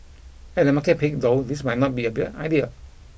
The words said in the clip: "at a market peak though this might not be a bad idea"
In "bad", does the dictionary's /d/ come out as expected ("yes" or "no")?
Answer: no